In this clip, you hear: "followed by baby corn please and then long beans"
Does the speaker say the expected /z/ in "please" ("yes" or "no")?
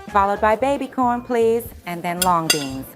yes